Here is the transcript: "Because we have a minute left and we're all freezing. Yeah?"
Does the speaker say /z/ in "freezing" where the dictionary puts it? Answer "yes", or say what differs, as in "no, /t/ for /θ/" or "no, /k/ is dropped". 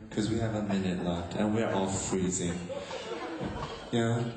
yes